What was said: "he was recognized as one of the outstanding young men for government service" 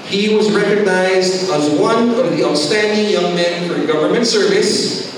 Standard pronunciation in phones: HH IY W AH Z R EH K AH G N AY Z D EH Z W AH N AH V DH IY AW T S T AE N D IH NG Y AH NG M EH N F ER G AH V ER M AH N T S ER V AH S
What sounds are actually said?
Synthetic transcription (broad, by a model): HH IY W AH Z R EH K AH G N AY Z D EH Z W AH N AH V DH IY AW S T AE N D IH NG Y AH NG M EH N F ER G AH V ER M AH N T S ER V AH S